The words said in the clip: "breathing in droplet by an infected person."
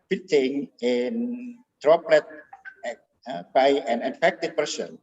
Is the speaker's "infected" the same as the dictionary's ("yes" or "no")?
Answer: no